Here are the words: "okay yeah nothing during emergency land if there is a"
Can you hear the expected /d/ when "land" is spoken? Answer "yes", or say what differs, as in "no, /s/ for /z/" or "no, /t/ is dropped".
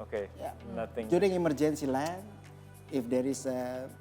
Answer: no, /d/ is dropped